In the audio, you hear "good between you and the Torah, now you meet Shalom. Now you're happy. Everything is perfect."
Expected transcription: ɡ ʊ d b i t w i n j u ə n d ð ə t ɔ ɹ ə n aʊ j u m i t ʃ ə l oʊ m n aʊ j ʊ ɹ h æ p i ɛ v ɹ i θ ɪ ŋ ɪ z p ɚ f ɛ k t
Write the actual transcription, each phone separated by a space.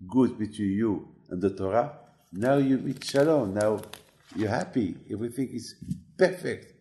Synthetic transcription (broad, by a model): ɡ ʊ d b i t w i n j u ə n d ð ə t ɔ ɹ ə n aʊ j u m i t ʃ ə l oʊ n aʊ j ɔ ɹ h æ p i ɛ v ɹ i θ ɪ ŋ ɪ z p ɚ f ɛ k t